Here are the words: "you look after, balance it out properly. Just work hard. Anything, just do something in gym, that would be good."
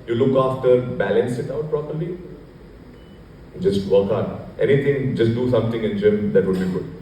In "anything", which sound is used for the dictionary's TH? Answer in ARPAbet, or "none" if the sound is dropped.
T